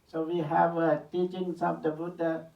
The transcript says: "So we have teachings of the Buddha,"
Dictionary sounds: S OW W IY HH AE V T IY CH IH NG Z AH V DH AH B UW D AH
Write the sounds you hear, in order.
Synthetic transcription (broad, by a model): S OW W IY HH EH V T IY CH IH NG S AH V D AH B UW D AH